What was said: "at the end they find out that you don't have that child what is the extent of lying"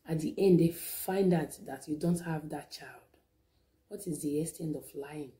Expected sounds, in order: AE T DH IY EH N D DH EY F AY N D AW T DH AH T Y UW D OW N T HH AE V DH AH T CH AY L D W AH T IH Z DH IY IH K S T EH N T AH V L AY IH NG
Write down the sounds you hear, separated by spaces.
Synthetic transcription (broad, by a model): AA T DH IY EH N D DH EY F AY N D AW T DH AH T Y UW D OW N T HH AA V DH AH T CH AY L D W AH T IH Z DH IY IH S T EH N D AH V L AY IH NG